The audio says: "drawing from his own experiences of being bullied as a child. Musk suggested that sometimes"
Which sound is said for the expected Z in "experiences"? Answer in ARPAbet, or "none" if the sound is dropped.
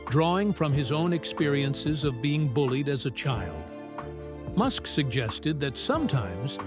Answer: Z